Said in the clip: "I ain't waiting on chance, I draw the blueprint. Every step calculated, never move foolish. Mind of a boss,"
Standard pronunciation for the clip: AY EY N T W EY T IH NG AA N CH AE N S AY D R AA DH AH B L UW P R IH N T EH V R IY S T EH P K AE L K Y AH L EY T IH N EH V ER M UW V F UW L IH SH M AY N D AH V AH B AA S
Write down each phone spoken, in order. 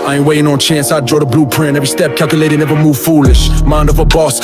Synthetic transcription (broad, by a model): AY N W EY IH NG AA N CH AE N S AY D R AA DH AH B L UW P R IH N EH V R IY S T EH P K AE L K Y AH L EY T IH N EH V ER M UW V F UW L IH SH M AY N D AH V AH B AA S